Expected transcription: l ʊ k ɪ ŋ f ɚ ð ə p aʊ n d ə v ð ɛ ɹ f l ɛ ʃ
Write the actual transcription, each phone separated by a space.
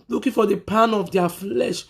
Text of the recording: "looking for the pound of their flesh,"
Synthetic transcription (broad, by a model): l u k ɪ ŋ f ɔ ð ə p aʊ n ə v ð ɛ f l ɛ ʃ